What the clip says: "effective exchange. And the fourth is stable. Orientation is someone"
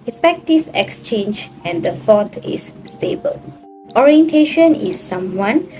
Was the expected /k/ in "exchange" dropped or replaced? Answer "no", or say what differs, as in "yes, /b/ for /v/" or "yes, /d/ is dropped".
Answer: no